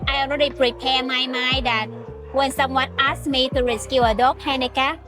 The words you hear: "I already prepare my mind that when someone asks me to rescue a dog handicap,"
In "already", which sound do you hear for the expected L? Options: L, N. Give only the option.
N